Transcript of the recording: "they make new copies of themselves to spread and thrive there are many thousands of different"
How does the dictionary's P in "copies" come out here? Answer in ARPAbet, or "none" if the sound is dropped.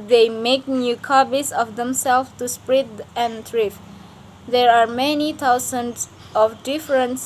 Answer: B